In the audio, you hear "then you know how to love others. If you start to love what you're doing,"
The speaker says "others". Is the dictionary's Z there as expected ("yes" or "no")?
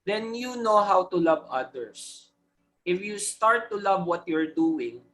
no